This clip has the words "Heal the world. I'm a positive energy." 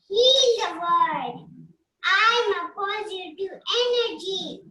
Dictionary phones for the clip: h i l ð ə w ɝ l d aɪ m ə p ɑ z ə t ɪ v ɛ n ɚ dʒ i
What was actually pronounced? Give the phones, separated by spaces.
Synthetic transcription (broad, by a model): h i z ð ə w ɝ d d aɪ m ə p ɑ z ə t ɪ ɛ n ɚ dʒ i